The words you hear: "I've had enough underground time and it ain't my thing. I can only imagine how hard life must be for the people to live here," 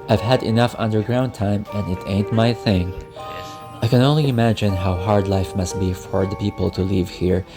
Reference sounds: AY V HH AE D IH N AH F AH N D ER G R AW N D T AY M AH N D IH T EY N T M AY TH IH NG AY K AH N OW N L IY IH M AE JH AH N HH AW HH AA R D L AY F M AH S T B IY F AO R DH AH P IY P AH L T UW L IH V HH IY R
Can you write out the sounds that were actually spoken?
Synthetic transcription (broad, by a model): AY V HH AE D IH N AH F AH N D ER G R AW N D T AY M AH N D IH T EY N T M AY TH IH NG AY K AH N OW N L IY IH M AE JH AH N HH AW HH AA R D L AY F M AH S T B IY F AO R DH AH P IY P AH L T UW L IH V HH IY R